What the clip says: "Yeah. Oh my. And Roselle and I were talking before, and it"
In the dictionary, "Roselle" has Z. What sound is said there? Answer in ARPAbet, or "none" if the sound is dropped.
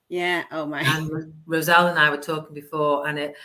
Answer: Z